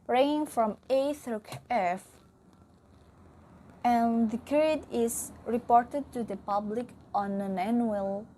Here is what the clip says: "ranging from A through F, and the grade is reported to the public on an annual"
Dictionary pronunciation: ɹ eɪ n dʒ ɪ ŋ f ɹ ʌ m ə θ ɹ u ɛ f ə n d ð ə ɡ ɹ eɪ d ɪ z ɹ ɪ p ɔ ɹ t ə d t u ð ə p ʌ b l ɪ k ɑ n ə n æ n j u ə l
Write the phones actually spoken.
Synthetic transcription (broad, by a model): ɹ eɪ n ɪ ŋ f ɹ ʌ m ə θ ɹ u ɛ f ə n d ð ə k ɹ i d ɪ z ɹ ɪ p ɔ ɹ t ə d t u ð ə p ʌ b l ɪ k ɑ n ə n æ n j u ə l